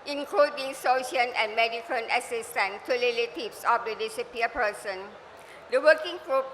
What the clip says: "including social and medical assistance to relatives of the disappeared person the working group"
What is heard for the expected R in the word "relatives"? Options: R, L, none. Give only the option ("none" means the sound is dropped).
L